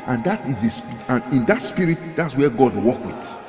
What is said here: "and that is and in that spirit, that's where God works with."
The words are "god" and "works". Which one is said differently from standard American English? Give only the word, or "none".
works